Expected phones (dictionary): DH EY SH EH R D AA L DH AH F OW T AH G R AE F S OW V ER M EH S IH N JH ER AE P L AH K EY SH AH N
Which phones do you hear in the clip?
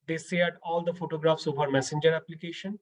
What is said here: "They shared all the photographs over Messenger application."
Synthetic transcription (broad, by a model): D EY S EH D AA L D AH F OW T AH G R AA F S OW V ER M EH S IH N JH ER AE P L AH K EY SH AH N